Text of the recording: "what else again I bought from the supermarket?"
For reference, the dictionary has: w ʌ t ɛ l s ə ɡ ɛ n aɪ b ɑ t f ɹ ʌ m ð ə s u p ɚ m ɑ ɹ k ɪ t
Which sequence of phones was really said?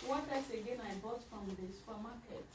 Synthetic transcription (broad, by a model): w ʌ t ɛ s ə ɡ ɛ n aɪ b ɑ t f ɹ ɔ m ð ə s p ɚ m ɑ k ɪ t